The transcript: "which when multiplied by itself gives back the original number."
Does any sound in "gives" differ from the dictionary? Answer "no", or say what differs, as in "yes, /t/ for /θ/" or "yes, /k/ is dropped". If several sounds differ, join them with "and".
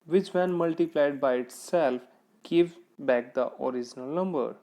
yes, /z/ is dropped